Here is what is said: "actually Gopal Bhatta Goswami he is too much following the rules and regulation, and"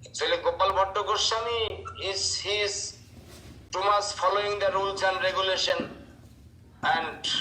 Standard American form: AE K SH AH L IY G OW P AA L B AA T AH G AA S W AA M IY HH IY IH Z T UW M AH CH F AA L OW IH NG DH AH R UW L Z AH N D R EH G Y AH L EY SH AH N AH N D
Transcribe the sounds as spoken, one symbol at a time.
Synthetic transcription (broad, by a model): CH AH L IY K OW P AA L B AA T AH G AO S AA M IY HH IY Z T UW M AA S F AA L OW IH NG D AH R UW L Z AH N D R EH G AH L EY SH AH N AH N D